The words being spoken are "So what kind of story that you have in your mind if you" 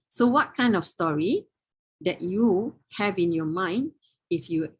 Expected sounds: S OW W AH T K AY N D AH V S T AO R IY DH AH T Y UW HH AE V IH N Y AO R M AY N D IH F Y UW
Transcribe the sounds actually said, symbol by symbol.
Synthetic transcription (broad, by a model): S OW W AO T K AY N D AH F S T AO R IY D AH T Y UW HH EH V IH N Y AO M AY N D IH F Y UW